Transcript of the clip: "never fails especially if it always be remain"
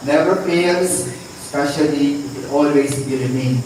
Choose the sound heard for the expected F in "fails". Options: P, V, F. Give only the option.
P